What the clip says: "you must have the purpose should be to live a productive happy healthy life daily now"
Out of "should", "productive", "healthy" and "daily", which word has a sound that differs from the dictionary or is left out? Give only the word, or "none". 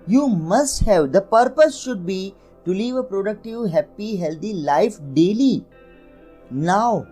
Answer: healthy